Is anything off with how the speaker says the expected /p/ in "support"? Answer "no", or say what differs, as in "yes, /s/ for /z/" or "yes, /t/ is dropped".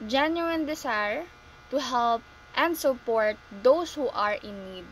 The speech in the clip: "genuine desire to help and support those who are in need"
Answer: no